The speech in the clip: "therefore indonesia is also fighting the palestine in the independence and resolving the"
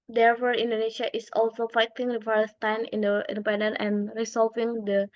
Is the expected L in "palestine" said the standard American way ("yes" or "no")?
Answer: no